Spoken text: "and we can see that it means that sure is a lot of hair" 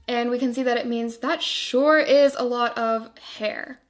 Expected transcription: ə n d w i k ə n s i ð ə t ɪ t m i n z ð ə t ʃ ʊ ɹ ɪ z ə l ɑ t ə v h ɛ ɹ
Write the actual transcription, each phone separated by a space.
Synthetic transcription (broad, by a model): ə n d w i k ə n s i ð ə t ɪ t m i n z ð ə t ʃ ʊ ɹ ɪ z ə l ɑ t ə v h ɛ ɹ